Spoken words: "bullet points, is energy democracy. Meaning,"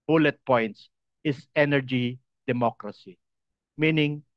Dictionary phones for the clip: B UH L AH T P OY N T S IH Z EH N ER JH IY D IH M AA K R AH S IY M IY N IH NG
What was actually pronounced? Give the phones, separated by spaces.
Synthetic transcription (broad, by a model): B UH L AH T P OY N T S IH S EH N ER JH IY D IH M AA K R AH S IY M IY N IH NG